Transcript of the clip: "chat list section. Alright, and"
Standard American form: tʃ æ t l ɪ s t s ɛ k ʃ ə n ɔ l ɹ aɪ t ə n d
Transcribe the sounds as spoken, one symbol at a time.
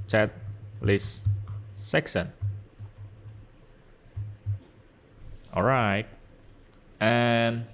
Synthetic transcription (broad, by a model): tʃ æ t l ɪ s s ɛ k s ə n ɔ l ɹ aɪ t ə n